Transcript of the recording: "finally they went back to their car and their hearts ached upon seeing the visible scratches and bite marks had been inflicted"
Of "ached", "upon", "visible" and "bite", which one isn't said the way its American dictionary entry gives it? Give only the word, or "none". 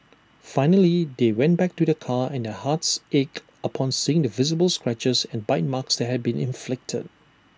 ached